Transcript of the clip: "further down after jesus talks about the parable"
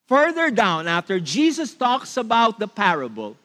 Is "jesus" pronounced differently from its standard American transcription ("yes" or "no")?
yes